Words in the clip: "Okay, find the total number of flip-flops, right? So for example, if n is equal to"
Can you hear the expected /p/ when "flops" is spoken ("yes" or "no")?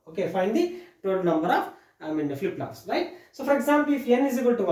no